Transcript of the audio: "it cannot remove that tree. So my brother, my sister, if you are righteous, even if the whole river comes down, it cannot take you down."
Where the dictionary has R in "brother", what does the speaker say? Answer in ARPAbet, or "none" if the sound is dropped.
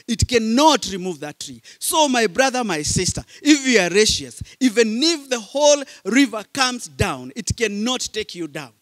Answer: R